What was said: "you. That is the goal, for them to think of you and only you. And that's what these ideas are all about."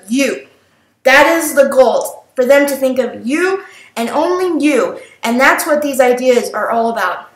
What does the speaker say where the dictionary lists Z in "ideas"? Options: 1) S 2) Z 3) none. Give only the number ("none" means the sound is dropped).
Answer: 2